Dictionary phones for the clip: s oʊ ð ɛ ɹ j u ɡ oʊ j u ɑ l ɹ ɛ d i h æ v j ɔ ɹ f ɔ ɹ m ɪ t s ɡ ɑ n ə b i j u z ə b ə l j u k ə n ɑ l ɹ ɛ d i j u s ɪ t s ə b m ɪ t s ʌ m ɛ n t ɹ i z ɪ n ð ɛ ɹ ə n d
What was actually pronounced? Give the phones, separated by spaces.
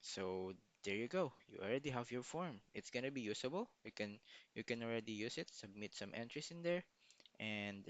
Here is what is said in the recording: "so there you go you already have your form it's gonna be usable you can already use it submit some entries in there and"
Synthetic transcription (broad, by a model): s oʊ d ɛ ɹ j u ɡ oʊ j u ɑ l ɹ ɛ d i h æ v j ɔ ɹ f ɔ ɹ m ɪ t s ɡ ɑ n ə b i j u s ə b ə l j u k ə n ɑ l ɹ ɛ d i j u s ɪ t s ə b m ɪ t s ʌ m ɛ n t ɹ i s ɪ n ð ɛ ɹ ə n d